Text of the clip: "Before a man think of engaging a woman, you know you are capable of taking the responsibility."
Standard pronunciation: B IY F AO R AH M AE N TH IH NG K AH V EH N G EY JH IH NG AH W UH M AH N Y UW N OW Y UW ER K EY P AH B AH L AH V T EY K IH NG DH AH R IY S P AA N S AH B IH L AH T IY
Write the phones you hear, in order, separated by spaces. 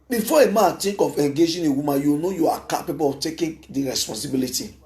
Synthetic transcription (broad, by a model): B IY F AO AH M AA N T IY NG K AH F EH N G EY JH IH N AH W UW M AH Y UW N OW Y UW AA K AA P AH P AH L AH T EY K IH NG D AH R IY S P AA N S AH B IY L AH T IY